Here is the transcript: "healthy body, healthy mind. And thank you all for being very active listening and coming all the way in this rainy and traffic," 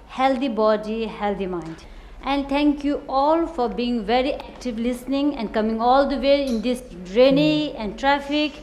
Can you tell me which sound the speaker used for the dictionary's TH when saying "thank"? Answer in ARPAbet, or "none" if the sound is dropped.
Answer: T